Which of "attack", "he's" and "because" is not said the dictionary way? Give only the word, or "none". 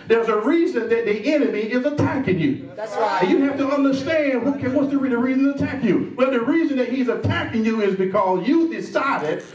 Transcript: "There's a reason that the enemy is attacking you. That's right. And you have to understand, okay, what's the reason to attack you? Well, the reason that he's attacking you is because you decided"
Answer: none